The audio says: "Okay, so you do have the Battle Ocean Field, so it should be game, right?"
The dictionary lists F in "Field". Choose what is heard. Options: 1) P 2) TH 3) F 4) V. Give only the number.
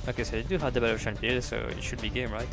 1